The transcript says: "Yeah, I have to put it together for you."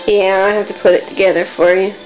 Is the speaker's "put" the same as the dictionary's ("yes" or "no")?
yes